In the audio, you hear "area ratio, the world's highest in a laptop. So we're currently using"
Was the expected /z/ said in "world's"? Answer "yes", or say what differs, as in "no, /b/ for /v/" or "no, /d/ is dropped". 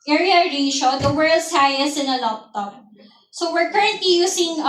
no, /s/ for /z/